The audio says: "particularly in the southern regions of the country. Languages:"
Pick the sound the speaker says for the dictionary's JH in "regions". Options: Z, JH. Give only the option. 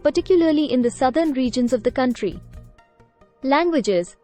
JH